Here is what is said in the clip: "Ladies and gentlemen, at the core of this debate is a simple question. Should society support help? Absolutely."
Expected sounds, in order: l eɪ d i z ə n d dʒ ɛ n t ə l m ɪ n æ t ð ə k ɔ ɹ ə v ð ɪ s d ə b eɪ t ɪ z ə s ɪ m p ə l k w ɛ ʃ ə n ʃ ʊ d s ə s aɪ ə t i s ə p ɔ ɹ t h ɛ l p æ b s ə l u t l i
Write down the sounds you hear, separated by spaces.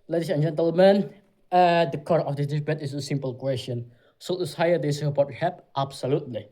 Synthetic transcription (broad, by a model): l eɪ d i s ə n dʒ ɛ n t ə l m ɪ n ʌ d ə k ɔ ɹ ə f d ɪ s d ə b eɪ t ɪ s ə s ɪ m p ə l k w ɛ s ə n s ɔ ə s aɪ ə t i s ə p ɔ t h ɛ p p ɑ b s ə l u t l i